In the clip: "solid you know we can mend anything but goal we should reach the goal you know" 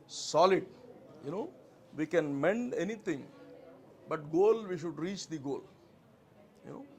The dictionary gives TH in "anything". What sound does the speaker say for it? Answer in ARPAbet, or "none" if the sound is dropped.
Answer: T